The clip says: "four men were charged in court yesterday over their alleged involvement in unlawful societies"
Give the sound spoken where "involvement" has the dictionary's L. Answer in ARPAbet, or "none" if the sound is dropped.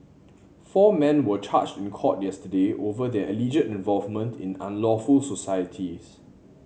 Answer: L